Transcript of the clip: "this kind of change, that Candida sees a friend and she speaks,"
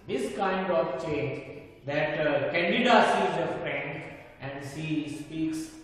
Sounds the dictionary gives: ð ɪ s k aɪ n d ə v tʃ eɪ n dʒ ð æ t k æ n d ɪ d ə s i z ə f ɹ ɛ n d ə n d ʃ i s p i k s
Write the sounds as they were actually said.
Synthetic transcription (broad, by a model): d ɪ s k aɪ n d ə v tʃ eɪ n dʒ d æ t k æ n d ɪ d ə s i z ə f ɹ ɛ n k ə n d s i s p i k s